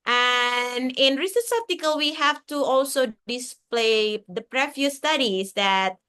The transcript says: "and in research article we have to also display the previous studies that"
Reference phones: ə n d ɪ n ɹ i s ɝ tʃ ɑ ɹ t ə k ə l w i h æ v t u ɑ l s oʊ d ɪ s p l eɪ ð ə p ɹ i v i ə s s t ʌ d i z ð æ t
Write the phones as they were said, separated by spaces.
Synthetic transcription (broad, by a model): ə n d ɪ n ɹ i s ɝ s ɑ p t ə k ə l w i h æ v t u ɑ l s oʊ d ɪ s p l eɪ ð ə p ɹ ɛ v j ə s s t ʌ d i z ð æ t